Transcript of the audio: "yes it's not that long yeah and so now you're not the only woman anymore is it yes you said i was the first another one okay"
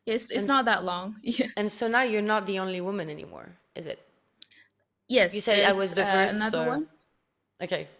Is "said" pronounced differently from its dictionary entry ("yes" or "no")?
yes